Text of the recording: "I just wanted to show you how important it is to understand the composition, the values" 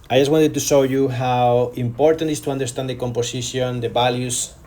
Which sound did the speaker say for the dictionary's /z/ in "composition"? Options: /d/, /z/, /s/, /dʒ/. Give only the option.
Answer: /s/